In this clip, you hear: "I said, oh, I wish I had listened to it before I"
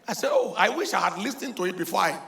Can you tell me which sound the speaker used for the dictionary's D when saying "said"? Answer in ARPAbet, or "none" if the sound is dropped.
none